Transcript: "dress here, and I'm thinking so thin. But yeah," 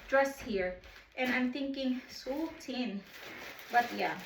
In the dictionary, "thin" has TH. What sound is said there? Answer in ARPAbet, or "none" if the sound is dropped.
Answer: T